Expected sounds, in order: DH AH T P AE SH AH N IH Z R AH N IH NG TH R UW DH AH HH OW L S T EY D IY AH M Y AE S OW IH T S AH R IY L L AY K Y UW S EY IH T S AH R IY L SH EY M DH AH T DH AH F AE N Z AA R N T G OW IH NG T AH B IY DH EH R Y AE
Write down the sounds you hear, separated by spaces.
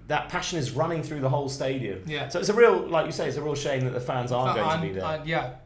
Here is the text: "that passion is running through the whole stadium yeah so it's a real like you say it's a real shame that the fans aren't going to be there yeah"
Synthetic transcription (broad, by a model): DH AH T P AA SH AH N IH Z R AH N IH NG TH R UW DH AH HH OW L S T EY D IY AH M Y AE S OW IH T S AH R IY L L AY K Y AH S EY IH T S AH R IY L SH EY M DH AH T DH AH F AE N Z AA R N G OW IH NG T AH B IY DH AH Y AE